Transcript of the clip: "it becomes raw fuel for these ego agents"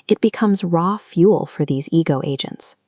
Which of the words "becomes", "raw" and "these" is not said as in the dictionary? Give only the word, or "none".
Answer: none